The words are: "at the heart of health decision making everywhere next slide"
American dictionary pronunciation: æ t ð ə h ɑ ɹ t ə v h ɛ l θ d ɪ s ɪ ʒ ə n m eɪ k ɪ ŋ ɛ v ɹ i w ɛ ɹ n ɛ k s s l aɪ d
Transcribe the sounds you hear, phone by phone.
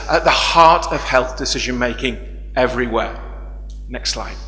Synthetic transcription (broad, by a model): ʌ t ð ə h ɑ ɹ t ə v h ɛ l θ d ɪ s ɪ ʒ ə n m eɪ k ɪ ŋ ɛ v ɹ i w ɛ n ɛ k s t l aɪ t